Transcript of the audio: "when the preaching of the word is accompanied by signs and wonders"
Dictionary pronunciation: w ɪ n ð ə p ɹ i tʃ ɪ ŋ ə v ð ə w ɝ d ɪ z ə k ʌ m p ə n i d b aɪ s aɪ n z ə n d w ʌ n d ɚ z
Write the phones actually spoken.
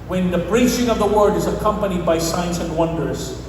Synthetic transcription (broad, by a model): w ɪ n ð ə b ɹ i tʃ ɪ ŋ ə v ð ə w ɝ d ɪ z ə k ʌ m p ə n i d b aɪ s aɪ n s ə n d w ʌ n d ɚ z